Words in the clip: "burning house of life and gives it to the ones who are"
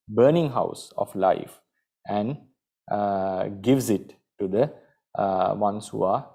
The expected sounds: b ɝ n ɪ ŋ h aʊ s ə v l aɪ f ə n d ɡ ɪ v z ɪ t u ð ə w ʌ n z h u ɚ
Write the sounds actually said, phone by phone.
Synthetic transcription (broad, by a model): b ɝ n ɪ ŋ h aʊ s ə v l aɪ f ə n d ɡ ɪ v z ɪ t u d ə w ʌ n s h u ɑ